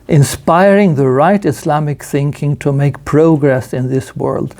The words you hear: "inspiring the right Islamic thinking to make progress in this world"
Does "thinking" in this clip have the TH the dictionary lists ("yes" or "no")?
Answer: yes